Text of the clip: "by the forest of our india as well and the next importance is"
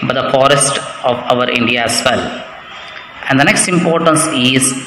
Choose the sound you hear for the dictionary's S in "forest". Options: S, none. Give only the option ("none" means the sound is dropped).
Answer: S